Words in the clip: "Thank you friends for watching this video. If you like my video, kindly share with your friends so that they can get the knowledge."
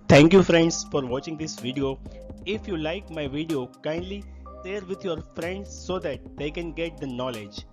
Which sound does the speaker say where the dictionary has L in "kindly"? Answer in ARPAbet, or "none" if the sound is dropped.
L